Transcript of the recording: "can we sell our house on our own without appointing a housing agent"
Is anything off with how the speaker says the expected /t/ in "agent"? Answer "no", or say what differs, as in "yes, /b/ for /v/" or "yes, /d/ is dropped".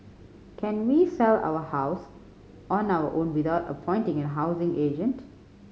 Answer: no